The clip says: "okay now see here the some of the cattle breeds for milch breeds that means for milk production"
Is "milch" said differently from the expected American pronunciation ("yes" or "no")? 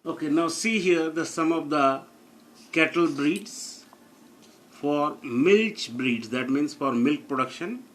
no